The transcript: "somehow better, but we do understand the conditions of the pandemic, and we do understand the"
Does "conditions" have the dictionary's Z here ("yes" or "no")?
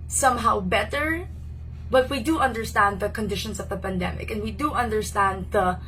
no